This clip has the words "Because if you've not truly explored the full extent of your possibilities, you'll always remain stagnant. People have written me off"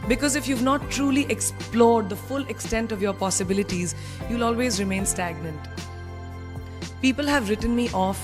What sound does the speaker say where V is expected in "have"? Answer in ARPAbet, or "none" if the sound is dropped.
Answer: V